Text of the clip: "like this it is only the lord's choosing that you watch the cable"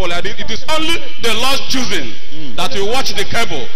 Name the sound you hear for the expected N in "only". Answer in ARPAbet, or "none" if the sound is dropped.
N